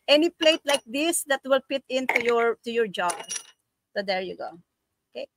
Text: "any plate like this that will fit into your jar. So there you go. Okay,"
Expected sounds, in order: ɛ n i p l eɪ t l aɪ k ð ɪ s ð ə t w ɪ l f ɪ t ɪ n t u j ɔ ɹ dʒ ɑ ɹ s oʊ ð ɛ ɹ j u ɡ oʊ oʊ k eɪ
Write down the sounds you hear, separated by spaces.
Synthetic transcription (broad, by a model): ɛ n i p l eɪ t l aɪ k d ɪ s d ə t w ɪ l p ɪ t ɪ n t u j ɔ ɹ dʒ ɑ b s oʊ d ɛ ɹ j u ɡ oʊ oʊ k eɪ